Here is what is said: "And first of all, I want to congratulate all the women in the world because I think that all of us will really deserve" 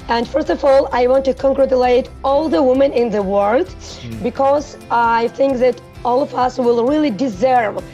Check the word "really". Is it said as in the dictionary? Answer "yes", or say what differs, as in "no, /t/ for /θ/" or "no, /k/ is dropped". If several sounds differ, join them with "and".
yes